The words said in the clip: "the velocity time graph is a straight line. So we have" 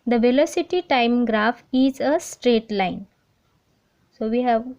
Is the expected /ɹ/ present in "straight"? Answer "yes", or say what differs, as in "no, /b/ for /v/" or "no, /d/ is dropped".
yes